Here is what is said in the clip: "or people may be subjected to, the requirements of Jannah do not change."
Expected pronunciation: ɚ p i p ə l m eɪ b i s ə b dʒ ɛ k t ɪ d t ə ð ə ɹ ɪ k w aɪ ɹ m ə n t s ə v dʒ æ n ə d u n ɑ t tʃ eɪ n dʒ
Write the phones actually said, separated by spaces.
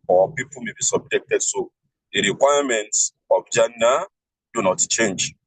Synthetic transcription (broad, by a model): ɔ p i p ə l m eɪ b i s ə b dʒ ɛ k t ɪ d s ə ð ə ɹ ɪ k w aɪ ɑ m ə n t s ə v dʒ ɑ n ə d u n ɑ t tʃ eɪ n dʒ